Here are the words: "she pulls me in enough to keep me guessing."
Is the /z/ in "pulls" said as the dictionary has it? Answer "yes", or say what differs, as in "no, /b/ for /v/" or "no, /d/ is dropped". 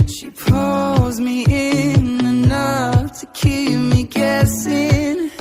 yes